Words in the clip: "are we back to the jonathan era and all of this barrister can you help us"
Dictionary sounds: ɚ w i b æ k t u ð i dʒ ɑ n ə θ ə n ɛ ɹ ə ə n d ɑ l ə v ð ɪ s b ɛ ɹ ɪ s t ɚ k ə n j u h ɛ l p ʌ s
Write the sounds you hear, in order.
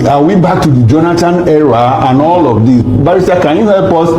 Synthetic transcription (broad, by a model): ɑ w i b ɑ k t u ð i dʒ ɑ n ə t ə n ɛ ɹ ə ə n ɑ l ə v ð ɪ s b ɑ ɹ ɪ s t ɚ k ə n j u h ɛ l p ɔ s